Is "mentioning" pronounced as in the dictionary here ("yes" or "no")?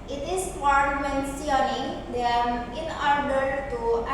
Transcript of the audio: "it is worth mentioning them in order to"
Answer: no